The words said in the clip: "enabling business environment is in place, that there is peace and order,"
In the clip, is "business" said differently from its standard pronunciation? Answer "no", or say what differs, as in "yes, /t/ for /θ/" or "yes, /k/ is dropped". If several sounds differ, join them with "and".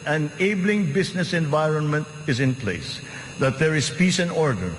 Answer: yes, /s/ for /z/